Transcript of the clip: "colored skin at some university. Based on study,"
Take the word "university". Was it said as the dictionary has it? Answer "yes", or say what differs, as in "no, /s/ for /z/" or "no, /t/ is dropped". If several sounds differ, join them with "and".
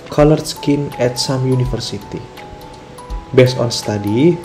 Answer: no, /f/ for /v/